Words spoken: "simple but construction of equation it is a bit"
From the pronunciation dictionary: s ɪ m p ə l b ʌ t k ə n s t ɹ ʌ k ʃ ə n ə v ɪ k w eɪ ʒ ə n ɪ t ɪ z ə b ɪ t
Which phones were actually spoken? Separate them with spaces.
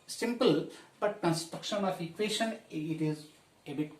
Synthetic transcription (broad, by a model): s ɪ m p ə l b ʌ t k ə n s t ɹ ʌ k ʃ ə n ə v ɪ k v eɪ ʃ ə n ɪ t ɪ z ə b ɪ t